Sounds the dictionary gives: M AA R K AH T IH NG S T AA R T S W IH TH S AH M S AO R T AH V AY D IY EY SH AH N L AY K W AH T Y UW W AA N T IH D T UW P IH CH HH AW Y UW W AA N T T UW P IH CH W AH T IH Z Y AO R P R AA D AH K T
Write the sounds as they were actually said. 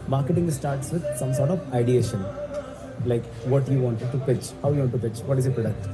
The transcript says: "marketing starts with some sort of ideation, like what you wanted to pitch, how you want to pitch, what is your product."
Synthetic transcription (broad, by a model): M AA R K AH T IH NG S T AA R T S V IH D S AH M S AO R T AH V AY D IY EY SH AH N L AY K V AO T Y UW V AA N T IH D T UW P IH CH HH AW Y UW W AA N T T UW P IH CH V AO T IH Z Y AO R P R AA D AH K T